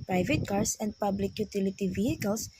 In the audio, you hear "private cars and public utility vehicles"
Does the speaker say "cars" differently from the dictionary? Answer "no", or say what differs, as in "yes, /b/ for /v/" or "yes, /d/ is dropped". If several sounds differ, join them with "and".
yes, /s/ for /z/